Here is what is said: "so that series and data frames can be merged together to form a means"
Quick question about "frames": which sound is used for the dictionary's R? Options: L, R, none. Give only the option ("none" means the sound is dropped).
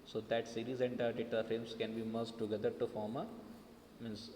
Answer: none